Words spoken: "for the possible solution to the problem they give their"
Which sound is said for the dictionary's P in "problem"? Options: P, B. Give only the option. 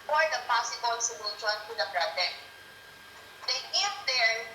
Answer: B